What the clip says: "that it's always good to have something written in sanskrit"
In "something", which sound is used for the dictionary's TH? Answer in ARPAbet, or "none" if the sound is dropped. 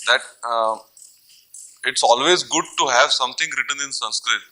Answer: T